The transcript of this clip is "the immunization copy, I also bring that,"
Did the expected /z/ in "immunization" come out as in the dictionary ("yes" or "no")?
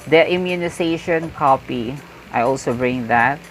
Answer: no